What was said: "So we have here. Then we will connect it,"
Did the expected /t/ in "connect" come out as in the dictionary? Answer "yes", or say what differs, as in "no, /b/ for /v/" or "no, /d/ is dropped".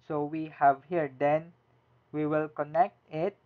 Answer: yes